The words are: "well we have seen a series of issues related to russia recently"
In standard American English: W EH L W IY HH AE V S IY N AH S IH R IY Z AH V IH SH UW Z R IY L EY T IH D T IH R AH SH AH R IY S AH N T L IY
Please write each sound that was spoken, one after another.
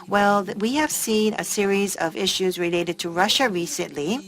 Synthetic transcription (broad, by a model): W EH L W IY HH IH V S IY N AH S IH R IY Z AH V IH SH UW Z R IY L EY T IH D T IH R AH SH AH R IY S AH N T L IY